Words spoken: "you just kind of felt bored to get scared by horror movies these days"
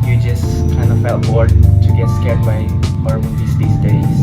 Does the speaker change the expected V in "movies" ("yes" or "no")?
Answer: yes